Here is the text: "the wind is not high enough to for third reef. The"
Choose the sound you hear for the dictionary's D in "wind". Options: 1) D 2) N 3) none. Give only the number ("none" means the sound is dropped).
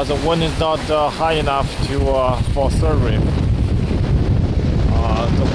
3